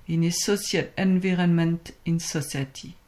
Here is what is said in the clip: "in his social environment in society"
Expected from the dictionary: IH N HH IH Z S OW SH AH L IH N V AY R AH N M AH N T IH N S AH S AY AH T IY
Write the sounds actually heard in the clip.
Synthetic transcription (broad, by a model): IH N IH S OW S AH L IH N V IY R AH N M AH N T IH N S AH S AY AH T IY